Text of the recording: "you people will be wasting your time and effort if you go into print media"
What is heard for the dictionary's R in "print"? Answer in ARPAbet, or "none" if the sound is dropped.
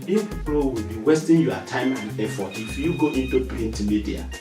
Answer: none